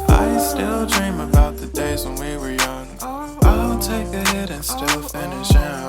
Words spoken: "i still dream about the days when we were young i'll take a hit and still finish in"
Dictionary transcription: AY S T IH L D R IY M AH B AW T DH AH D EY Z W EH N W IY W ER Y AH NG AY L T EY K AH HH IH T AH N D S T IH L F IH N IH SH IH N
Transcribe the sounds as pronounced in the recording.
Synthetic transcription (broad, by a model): AY S T IH L D R IY M AH B AW T DH AH D EY Z W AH N W IY W ER Y AH NG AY N T EY K AH HH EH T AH N S T IH L F IH N IH SH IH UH